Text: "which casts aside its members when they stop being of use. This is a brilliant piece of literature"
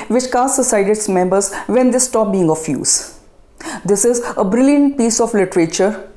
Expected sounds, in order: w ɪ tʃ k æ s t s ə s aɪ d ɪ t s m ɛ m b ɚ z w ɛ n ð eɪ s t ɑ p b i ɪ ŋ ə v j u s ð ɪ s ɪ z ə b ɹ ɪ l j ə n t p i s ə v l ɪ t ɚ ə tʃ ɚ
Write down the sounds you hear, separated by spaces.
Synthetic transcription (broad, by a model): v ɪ tʃ k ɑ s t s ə s aɪ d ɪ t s m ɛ m b ɚ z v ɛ n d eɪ s t ɑ p b i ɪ ŋ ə f j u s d ɪ s ɪ z ə b ɹ ɪ l j ə n t p i s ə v l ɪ t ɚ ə tʃ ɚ